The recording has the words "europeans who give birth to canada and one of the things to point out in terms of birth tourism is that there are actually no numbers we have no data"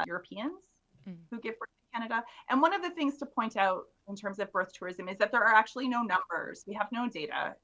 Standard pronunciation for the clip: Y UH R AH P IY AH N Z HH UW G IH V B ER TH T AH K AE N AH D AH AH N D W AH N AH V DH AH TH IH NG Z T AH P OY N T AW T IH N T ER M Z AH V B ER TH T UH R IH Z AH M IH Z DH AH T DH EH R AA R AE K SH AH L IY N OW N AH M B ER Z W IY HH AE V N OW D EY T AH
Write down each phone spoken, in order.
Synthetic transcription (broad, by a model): Y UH R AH P IY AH N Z HH UW G IH V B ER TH K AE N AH D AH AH N W AH N AH V DH AH TH IH NG Z T AH P OY N T AW T IH N T ER M Z AH V B ER TH T UH R IH Z AH M IH Z DH AH T DH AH R R AE K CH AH L IY N OW N AH M B ER Z W IY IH V N OW D EY T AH